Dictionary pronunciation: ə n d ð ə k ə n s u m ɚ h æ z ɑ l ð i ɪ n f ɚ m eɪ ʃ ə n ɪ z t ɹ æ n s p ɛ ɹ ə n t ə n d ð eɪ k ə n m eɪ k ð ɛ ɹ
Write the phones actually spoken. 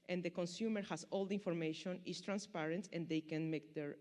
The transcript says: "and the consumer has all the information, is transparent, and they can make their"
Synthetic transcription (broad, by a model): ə n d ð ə k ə n s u m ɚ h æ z ɑ l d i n f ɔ m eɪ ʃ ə n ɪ s t ɹ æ n s p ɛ ɹ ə n t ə n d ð eɪ k ə n m eɪ k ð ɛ ɹ